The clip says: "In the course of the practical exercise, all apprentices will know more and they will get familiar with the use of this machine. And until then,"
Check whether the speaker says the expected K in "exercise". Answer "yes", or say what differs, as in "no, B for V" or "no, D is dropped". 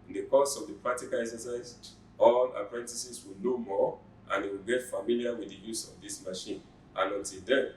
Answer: no, K is dropped